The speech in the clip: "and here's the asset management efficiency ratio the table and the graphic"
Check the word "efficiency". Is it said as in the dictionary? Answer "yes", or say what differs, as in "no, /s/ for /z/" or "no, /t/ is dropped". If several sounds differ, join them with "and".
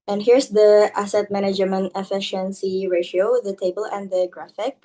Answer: yes